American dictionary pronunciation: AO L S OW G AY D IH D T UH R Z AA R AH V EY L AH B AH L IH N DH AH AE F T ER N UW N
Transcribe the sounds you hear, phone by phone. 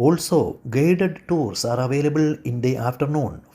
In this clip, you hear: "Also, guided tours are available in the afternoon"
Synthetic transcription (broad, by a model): AO L S OW G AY D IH D T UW R S AA R AH V EY L AH B AH L IH N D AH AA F T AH N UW N